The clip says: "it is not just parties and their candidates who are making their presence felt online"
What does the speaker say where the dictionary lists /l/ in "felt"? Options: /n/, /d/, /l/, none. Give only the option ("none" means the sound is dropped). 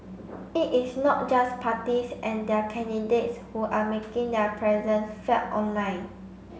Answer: none